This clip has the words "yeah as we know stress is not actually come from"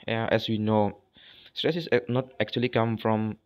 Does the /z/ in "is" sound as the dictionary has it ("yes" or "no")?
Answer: no